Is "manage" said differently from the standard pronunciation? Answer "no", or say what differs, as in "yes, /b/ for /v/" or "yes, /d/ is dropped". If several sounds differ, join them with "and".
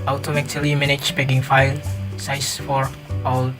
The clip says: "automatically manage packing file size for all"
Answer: yes, /tʃ/ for /dʒ/